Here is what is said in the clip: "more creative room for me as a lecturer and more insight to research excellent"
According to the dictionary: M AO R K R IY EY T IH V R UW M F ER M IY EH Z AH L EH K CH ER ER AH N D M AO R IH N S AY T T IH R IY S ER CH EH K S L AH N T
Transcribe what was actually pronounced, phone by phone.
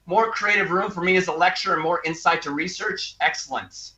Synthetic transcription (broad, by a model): M AO R K R IY EY T IH V R UW M F ER M IY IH Z AH L EH K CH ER ER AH N M AO R IH N S AY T T IH R IY S ER CH EH K S L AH N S